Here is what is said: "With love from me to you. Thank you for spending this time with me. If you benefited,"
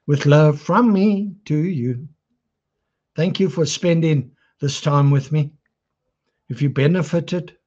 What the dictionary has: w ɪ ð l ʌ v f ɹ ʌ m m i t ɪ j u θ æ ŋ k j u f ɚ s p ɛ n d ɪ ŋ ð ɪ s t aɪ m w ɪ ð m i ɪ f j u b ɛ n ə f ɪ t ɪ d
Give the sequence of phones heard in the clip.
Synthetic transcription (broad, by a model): w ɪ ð l ʌ v f ɹ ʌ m m i t ɪ j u θ æ ŋ k j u f ɚ s p ɛ n d ɪ ŋ ð ɪ s t aɪ m w ɪ ð m i ɪ f j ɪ b ɛ n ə f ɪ t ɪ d